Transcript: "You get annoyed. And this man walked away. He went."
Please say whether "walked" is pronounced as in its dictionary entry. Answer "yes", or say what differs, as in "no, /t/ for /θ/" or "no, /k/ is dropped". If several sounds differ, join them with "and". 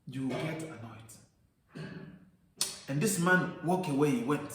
no, /t/ is dropped